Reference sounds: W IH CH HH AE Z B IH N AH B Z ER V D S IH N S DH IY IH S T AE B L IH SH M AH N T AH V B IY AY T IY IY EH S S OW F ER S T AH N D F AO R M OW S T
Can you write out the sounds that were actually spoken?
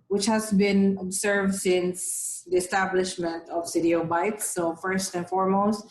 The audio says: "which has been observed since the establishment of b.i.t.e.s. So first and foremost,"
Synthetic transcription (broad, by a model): W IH CH HH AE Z B IH N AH B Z ER V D S IH N S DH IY IH S T AE B L IH SH M AH N T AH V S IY T IY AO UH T S OW F ER S T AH N F AO R M OW S T